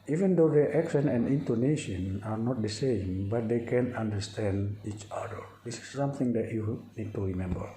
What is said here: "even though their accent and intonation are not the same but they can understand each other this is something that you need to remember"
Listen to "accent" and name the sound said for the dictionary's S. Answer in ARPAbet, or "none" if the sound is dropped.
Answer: SH